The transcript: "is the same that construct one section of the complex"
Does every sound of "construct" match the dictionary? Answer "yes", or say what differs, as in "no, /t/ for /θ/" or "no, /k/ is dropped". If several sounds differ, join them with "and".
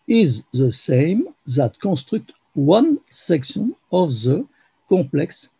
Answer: no, /n/ is dropped